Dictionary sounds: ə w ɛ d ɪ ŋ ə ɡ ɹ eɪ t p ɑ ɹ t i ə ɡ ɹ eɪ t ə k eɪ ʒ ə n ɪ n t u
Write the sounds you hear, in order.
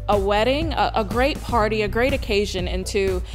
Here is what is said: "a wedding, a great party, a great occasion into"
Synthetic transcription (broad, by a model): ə w ɛ d ɪ ŋ ə ɡ ɹ eɪ t p ɑ ɹ t i ə ɡ ɹ eɪ t ə k eɪ ʒ ə n ɪ n t u